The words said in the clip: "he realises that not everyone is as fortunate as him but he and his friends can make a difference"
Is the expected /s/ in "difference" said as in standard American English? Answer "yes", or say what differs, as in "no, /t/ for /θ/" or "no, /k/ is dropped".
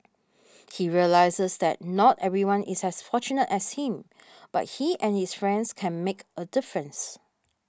yes